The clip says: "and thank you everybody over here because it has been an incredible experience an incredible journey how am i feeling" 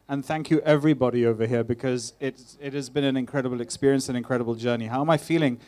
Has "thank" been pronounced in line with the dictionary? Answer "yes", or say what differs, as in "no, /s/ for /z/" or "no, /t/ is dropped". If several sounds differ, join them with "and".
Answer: yes